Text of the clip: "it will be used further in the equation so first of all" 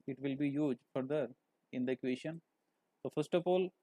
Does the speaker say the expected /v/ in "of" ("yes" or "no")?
no